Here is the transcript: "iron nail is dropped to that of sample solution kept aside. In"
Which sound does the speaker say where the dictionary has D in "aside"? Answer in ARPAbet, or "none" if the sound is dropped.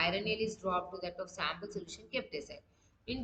none